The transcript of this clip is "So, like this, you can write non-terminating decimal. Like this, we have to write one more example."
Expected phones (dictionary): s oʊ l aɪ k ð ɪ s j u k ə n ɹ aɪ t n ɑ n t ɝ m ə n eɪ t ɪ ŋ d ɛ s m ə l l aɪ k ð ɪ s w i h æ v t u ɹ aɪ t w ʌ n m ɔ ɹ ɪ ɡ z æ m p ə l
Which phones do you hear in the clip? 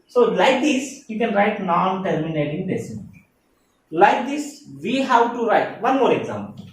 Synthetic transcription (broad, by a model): s oʊ l aɪ k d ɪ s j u k ə n ɹ aɪ t n ɑ n t ɝ m ə n eɪ t ɪ ŋ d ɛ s ə n l aɪ k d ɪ s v i h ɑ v t u ɹ aɪ t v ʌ n m ɔ ɹ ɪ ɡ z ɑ m p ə l